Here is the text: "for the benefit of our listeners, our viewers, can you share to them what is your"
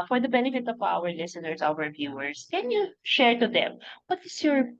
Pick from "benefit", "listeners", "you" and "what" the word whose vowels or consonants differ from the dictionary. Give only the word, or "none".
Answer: listeners